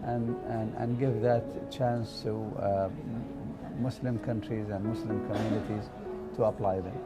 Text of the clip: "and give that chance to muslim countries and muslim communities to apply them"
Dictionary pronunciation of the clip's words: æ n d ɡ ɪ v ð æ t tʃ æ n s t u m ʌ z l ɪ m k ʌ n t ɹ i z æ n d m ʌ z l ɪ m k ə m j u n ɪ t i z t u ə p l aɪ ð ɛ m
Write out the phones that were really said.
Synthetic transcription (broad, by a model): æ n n ɡ ɪ v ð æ t tʃ æ n s t u m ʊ s l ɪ m k ʌ n t ɹ i z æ n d m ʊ s l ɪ m k ə m j u n ɪ t i z t u ə p l aɪ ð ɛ m